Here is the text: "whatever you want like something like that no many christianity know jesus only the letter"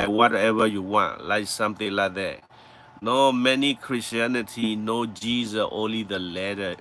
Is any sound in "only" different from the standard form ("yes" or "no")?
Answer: no